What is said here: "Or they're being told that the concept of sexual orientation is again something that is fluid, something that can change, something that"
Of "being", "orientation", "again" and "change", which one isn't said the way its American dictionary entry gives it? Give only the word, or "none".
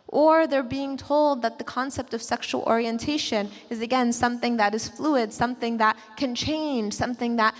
change